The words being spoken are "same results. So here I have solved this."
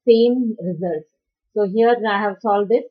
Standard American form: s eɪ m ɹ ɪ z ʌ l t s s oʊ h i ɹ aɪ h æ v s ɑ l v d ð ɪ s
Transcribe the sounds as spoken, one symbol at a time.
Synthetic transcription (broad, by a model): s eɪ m ɹ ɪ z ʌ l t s s oʊ h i ɹ aɪ h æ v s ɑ l d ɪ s